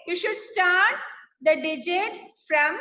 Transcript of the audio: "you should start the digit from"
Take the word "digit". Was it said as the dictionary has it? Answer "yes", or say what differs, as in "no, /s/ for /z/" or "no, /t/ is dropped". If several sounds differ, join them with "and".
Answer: yes